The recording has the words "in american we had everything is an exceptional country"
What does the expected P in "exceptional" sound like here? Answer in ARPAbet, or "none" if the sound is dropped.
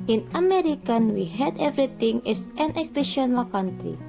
none